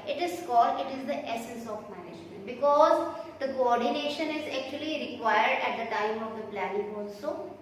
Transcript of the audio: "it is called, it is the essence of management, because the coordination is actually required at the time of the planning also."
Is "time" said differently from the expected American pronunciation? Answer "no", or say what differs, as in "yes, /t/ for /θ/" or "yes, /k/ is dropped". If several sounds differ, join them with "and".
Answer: no